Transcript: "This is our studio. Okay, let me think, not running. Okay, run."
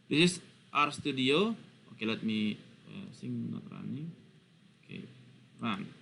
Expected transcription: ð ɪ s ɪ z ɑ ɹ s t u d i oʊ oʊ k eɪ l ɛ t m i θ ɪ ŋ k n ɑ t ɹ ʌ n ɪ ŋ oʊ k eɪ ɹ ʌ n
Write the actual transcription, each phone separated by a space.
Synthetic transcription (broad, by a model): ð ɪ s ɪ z ɑ ɹ s t u d i oʊ oʊ k eɪ l ɛ t m i s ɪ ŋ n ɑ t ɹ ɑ n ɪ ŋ oʊ k eɪ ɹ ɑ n